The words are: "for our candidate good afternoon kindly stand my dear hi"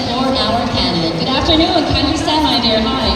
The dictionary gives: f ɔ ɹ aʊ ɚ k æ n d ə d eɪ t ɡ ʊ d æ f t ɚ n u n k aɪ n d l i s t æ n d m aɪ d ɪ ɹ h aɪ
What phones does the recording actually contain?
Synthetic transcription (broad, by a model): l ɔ ɹ aʊ ɚ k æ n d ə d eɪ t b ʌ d æ f t ɚ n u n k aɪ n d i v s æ d m aɪ d ɪ ɹ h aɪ